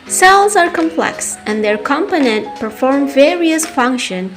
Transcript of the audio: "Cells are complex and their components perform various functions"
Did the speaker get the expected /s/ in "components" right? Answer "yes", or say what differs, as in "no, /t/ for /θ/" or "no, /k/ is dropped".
no, /s/ is dropped